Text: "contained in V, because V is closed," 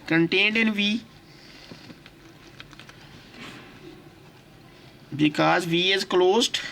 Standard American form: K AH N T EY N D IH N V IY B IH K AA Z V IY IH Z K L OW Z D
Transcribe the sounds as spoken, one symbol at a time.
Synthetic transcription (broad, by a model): K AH N T EY N D IH N V IY B IH K AA Z V IY IH Z K L OW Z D